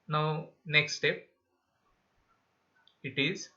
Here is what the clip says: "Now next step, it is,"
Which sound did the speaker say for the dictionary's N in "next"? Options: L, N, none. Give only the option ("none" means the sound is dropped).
N